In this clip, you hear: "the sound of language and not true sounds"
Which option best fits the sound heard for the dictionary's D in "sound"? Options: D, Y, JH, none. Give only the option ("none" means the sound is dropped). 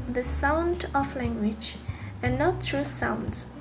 D